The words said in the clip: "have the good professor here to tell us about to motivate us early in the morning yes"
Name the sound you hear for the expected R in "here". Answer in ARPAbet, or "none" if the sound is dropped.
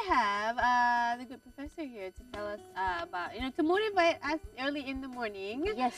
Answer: R